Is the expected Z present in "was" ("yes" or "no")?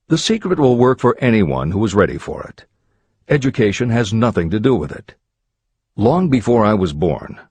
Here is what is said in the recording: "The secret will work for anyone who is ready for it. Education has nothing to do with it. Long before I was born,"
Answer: yes